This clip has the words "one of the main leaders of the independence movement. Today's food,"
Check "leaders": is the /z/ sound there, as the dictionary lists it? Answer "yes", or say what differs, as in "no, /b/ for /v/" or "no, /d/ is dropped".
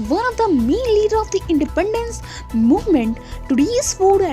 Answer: no, /z/ is dropped